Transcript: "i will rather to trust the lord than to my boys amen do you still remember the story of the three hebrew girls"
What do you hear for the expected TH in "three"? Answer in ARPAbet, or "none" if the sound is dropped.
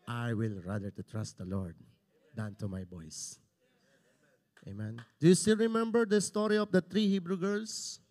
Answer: T